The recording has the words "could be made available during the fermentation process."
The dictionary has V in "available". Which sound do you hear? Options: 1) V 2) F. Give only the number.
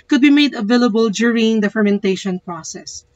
1